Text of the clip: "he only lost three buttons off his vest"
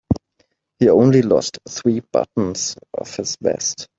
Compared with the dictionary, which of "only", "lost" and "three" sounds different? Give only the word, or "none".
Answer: none